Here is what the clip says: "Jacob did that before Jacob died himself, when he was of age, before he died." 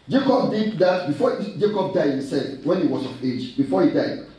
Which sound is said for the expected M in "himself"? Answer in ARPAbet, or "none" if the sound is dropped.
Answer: none